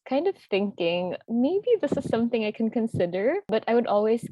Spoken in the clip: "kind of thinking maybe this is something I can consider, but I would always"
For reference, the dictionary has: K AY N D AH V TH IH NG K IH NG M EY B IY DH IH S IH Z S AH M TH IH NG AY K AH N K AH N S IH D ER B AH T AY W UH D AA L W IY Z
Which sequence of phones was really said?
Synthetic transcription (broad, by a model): K AY N D AH V TH IH NG K IH NG M EY B IY DH IH S IH Z S AH M TH IH NG AY K AH N K AH N S IH D ER B AH T AY W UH D AA L W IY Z